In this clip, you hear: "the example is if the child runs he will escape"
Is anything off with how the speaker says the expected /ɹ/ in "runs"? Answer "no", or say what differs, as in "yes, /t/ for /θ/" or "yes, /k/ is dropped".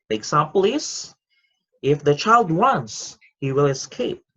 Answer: yes, /w/ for /ɹ/